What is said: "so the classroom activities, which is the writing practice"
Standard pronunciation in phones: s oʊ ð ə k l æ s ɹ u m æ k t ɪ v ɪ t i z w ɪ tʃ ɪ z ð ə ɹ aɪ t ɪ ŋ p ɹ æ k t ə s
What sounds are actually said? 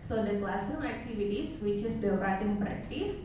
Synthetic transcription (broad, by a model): s oʊ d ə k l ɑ s u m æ k t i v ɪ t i s w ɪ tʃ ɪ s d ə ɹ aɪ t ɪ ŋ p ɹ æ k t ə s